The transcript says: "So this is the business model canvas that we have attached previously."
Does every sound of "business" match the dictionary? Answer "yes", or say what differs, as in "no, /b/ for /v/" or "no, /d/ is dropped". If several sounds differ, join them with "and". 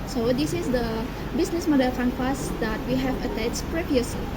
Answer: no, /s/ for /z/